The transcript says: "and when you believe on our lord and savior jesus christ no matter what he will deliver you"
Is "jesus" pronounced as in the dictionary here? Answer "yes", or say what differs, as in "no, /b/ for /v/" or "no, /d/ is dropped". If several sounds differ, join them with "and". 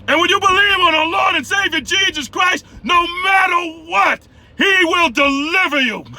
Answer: yes